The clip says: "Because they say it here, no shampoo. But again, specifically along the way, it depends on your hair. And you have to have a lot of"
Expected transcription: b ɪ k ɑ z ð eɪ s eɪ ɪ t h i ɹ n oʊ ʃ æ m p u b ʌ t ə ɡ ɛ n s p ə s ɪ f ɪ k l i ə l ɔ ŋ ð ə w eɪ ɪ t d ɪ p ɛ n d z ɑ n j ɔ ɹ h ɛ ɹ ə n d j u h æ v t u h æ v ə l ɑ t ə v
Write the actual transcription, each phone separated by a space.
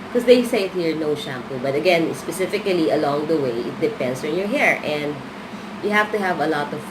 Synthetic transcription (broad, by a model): k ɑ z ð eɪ s eɪ ɪ t h i ɹ n oʊ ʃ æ m p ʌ b ʌ t ə ɡ ɛ n s p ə s ɪ f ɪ k l i ə l ɔ ŋ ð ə w eɪ ɪ t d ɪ p ɛ n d s ɑ n j ɔ ɹ h ɛ ɹ ə n d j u h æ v t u h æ v ə l ɑ t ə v